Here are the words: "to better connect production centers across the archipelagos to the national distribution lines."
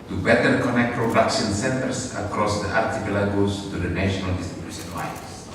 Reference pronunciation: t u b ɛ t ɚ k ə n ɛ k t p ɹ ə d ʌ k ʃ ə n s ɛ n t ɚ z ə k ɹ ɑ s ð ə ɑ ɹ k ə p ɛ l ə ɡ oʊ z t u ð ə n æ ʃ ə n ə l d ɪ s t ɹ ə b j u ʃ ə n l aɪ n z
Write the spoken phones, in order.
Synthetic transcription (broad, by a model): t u b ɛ t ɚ k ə n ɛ k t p ɹ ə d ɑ k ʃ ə n s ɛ n t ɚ s ə k ɹ ɑ s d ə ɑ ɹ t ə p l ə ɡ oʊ s t u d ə n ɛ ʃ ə n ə l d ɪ s t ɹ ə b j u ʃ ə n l aɪ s